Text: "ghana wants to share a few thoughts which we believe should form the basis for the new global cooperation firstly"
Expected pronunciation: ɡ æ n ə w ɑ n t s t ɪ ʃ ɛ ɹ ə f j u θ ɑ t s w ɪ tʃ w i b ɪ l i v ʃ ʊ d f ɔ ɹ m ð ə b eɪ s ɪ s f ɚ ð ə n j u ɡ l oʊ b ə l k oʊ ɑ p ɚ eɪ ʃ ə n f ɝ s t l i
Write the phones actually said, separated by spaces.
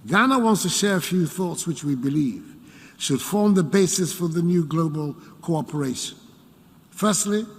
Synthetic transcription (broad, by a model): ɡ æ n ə w ɑ n t s t ɪ ʃ ɛ ɹ ə f j u θ ɑ t s w ɪ tʃ w i b ɪ l i v ʃ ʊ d f ɔ ɹ m ð ə b eɪ s ɪ s f ɚ ð ə n j u ɡ l oʊ b ə l k oʊ ɑ p ɚ eɪ ʃ ə n f ɝ s t l i